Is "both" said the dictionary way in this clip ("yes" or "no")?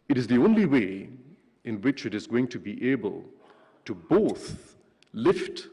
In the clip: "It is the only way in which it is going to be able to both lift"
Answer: yes